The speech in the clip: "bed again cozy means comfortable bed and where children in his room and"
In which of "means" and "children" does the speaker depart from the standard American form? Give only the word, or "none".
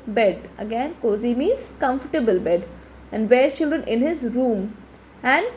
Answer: means